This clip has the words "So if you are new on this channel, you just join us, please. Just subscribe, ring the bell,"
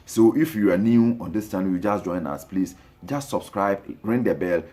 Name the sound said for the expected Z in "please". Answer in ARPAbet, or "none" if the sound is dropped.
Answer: S